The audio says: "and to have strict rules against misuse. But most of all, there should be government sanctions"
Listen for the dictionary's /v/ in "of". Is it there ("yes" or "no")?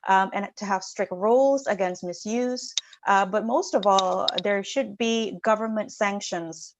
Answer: yes